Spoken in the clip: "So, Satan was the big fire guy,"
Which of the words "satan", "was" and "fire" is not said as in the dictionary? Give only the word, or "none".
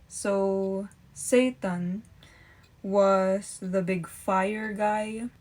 was